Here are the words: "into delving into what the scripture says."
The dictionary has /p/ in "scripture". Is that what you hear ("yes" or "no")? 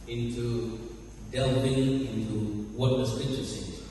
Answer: no